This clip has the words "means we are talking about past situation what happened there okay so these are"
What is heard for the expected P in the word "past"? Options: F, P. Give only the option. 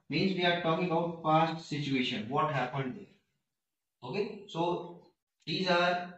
F